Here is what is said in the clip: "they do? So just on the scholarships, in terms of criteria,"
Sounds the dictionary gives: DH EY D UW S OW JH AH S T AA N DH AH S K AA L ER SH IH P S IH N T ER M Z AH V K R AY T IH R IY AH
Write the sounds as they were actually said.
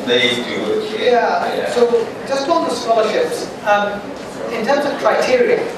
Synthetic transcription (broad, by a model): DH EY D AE S OW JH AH S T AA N DH AH S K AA L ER SH IH P S IH N T ER M Z AH V K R AY T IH R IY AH